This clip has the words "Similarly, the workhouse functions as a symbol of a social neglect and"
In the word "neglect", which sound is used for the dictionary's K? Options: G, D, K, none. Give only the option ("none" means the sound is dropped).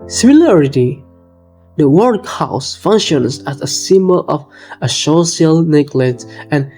none